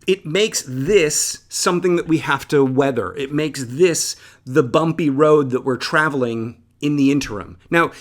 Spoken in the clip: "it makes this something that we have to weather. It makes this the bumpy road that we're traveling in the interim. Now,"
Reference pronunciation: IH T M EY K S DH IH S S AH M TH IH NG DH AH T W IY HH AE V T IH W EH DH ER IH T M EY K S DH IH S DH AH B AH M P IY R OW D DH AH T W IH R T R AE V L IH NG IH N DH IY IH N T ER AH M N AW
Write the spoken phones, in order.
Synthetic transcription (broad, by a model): IH T M EY K S DH IH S S AH M TH IH NG DH AH T W IY HH AE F T IH W EH DH ER IH T M EY K S DH IH S DH AH B AH M P IY R OW D DH AH T W IH R T R AE V L IH NG IH N DH IY IH N T ER AH M N AW